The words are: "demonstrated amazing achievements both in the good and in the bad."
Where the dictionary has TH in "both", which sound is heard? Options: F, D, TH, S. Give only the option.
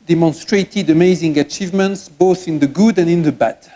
TH